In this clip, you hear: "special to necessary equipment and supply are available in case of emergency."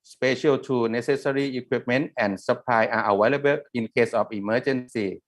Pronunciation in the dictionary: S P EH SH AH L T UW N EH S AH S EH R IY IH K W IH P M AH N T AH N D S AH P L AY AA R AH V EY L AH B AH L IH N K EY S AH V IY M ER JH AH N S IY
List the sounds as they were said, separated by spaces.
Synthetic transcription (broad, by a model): S P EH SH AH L T UW N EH S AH S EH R IY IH K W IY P M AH N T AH N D S AH P L AY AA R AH W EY L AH B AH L IH N K EY S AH F IY M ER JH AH N S IY